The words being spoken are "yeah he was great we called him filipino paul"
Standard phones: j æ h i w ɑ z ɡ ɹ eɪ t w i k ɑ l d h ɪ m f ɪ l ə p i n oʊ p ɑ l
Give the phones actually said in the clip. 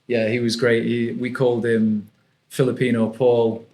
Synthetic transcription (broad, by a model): j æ h i w ɑ z ɡ ɹ eɪ t w i k ɑ l d h ɪ m f ɪ l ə p i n oʊ p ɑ l